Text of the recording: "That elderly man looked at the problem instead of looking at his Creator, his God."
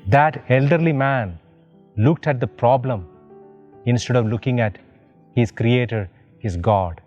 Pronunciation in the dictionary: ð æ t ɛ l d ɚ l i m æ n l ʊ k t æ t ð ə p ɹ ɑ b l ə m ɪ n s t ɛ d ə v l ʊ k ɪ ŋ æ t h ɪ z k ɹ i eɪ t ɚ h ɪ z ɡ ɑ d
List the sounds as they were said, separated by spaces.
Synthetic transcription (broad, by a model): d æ t ɛ l d ɚ l i m æ n l ʊ k t æ t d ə p ɹ ɑ b l ə m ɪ n s t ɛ d ə v l ʊ k ɪ ŋ æ t h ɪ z k ɹ i eɪ t ɚ h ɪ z ɡ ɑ d